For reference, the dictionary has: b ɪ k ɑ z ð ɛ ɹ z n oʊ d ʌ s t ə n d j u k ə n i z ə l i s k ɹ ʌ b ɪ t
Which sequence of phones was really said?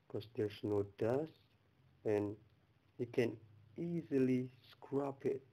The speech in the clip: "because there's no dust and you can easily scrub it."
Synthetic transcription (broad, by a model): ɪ k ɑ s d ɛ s n oʊ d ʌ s ə n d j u k ə n i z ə l i s k ɹ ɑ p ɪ t